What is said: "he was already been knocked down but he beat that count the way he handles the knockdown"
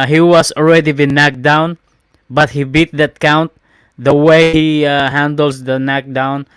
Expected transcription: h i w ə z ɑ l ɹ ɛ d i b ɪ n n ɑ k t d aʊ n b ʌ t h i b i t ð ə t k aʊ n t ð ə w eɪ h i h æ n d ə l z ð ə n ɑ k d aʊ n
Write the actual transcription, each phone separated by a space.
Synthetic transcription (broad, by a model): h i w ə s ɑ l ɹ ɛ d i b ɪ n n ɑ k d aʊ n b ʌ t h i b i t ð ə t k aʊ n t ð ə w eɪ h i h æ n d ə l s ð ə n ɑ k d aʊ n